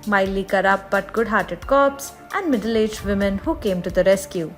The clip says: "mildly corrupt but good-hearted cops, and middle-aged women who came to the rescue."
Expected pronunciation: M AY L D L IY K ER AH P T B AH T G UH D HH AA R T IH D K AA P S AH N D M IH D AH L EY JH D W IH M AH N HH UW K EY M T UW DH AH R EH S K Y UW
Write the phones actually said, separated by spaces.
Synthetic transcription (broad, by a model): M AY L L IY K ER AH T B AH T G UH D HH AA R T IH D K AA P S AH N D M IH D AH L EY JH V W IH M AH N HH UW K EY M T UW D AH R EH S K Y UW